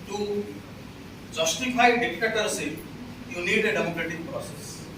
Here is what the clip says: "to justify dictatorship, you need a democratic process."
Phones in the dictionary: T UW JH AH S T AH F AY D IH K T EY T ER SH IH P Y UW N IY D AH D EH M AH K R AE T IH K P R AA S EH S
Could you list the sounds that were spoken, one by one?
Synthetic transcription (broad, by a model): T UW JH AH S T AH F AY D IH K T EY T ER S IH Y UW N IY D AH D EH M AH K R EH T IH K P R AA S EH S